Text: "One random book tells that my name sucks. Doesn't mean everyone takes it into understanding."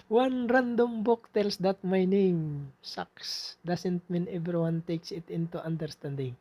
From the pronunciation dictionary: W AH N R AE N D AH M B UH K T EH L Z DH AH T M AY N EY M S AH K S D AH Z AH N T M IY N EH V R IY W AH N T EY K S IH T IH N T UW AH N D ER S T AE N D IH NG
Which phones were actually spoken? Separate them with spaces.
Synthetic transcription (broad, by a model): W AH N R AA N D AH M B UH K T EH L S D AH T M AY N EY M S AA K S D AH S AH N T M IY N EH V R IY W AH N T EY K S IH T IH N T UW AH N D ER S T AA N D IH NG